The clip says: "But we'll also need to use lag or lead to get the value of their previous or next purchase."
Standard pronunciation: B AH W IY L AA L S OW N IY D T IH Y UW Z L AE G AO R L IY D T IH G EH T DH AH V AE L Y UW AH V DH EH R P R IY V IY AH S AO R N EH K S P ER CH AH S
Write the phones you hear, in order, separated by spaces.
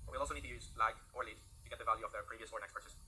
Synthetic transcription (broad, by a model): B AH W IY L AA L S OW N IY D T IH Y UW Z L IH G AO R L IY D T IH G EH T DH AH V AE L Y UW AH V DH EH R P R IY V IY AH S AO R N EH K S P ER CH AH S